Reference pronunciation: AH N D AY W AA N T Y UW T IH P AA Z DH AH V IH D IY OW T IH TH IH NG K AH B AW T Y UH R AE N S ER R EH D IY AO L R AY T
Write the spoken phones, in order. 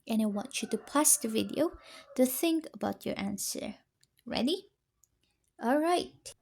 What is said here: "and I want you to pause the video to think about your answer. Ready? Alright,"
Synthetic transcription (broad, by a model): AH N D AY W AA N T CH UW T IH P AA S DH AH V IH D IY OW T IH TH IH NG K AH B AW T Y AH R AE N S ER R EH D IY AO L R AY T